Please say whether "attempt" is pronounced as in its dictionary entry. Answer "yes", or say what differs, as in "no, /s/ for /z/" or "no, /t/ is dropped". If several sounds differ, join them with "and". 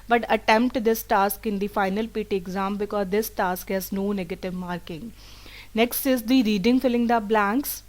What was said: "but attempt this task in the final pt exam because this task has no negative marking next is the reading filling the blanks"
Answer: yes